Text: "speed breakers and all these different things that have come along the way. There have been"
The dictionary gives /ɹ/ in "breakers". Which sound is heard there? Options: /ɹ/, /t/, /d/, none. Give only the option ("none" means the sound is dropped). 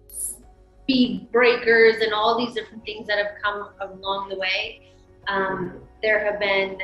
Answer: /ɹ/